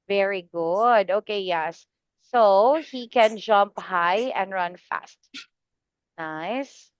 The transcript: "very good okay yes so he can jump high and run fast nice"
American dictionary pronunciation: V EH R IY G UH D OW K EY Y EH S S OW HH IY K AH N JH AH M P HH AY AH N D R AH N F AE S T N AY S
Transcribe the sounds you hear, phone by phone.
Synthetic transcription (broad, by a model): V EH R IY G UH D OW K EY Y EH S S OW HH IY K AH N JH AH M P HH AY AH N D R AH N F AE S T N AY S